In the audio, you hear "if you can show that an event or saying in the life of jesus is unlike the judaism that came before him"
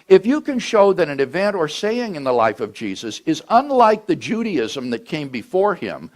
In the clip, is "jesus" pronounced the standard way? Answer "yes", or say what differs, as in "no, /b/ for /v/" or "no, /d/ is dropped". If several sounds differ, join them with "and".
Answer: yes